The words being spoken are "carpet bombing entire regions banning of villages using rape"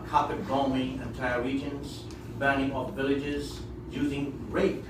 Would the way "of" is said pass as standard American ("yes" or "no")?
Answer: no